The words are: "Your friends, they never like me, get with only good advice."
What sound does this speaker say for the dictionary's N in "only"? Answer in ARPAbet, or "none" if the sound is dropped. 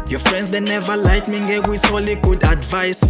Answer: none